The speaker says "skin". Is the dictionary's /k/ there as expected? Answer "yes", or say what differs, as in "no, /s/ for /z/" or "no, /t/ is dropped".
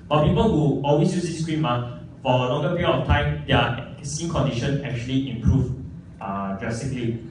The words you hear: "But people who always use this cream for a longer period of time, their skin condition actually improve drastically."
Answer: no, /k/ is dropped